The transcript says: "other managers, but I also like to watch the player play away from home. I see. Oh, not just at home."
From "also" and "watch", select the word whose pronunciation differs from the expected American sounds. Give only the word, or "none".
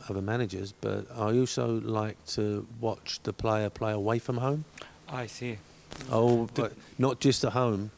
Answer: also